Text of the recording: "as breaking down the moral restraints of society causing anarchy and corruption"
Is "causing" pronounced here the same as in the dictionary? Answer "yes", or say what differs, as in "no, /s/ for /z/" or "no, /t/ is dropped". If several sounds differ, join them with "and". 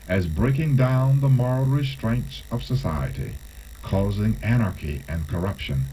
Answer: yes